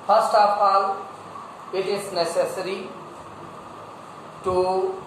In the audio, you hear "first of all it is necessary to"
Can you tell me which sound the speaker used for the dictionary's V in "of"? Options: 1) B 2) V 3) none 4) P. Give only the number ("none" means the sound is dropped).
4